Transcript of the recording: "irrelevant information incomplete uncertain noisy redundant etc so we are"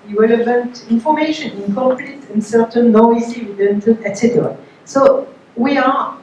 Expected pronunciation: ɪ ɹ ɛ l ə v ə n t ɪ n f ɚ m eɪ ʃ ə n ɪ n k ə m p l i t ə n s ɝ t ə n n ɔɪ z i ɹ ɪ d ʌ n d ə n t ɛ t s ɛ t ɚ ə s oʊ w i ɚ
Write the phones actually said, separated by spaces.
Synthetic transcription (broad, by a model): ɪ ɹ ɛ l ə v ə n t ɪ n f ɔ m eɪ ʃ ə n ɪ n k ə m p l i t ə n s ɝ t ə n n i s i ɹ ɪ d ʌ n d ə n ɛ t s ɛ t ɚ ə s oʊ w i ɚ